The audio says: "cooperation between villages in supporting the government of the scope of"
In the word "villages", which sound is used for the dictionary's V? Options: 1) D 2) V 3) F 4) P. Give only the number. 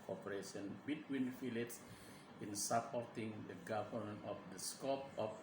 3